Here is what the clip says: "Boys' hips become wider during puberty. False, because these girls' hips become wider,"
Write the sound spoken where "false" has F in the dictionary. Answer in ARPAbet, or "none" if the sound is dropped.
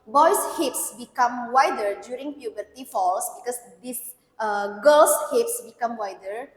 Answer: F